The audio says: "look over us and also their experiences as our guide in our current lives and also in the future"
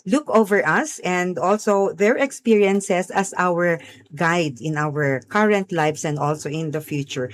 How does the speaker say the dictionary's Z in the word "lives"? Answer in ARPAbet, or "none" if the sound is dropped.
S